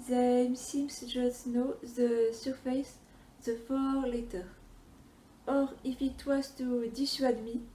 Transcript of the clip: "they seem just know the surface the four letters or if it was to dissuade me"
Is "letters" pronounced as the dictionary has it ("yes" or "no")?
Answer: no